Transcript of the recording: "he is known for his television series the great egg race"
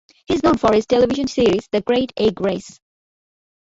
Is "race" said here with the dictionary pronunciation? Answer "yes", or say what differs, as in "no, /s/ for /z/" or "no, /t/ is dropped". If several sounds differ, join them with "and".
yes